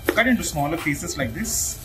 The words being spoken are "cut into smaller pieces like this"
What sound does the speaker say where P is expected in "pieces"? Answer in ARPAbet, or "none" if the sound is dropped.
F